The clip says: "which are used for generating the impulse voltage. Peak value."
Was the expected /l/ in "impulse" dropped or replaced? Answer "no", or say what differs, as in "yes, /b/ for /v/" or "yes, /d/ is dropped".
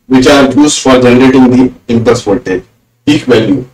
yes, /l/ is dropped